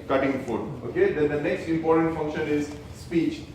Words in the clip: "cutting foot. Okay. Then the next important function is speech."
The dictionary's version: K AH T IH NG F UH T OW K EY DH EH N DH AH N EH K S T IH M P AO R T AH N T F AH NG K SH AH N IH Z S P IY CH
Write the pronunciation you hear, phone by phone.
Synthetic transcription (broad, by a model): K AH T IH NG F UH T OW K EY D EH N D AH N EH K S T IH M P AO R T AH N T F AH NG K SH AH N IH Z S P IY CH